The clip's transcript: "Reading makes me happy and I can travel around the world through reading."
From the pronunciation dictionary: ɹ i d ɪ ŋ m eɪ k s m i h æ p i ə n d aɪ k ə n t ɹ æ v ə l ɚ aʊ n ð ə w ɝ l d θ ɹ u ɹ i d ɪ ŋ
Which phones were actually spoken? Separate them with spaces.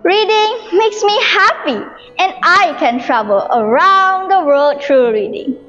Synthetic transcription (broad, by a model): ɹ i d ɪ ŋ m eɪ k s m i h æ p i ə n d aɪ k ə n t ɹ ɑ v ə l ɚ aʊ n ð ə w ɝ l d t ɹ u ɹ i d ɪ ŋ